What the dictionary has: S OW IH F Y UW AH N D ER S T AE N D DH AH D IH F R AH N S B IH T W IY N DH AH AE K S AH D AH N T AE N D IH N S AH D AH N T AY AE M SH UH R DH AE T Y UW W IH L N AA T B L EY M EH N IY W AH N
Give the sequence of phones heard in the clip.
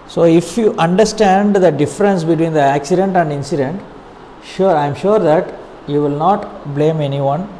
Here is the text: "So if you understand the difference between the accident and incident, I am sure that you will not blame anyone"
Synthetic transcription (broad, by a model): S OW IH F Y UW AH N D ER S T AE N D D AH D IH F R AH N S B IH T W IY N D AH AE K S AH D AH N T AE N D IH N S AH D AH N T AY M SH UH R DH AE T Y UW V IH L N AA T B L EY M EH N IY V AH N